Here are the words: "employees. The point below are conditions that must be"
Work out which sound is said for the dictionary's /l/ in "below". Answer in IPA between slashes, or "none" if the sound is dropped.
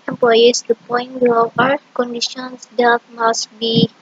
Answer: none